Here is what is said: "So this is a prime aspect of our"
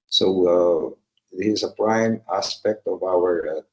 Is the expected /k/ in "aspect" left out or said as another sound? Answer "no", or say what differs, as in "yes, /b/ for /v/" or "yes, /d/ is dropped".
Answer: no